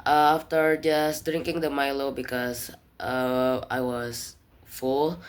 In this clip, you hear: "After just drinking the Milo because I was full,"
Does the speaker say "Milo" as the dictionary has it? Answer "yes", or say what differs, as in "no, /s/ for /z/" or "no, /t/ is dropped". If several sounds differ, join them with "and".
yes